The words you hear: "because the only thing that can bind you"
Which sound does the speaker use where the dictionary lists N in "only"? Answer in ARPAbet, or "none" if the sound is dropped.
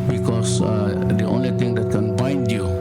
N